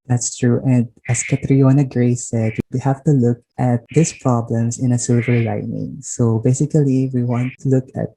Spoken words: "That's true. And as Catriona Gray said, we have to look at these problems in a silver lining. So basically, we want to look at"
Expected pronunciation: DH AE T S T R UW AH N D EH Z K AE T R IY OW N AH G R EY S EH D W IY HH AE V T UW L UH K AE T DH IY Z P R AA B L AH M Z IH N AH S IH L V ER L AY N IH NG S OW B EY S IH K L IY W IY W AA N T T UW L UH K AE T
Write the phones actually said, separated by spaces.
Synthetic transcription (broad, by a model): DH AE T S T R UW AH N D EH S K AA T R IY OW N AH G R EY S EH D W IY HH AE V T UW L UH K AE T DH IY S P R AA B L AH M S IH N AH S IH L V ER L AY N IH NG S OW B EY S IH K L IY W IY W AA N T T UW L UH K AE T